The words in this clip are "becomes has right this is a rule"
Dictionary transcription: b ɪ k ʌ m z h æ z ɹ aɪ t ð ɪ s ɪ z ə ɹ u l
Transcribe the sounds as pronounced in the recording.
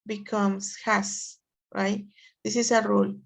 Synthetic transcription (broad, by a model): b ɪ k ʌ m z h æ s ɹ aɪ t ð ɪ s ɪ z ə ɹ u l